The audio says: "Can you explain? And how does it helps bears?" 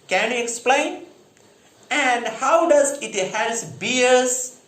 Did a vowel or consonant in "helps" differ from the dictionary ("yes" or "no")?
yes